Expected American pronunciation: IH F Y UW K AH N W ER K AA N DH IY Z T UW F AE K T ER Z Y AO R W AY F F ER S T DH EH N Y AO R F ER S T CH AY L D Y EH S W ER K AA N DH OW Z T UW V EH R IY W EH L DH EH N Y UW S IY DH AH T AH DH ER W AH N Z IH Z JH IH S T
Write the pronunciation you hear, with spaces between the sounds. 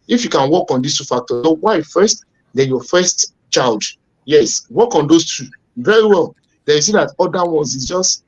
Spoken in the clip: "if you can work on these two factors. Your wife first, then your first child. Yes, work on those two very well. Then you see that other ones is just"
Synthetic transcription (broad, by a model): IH F Y UW K AH N W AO K AA N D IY S T UW F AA K T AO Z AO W AY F F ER S T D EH Y AO F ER S T CH AY L D Y EH S W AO K AA N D OW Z T UW V EH R IY W EH L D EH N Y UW S IY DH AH T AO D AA W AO N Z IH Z JH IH S T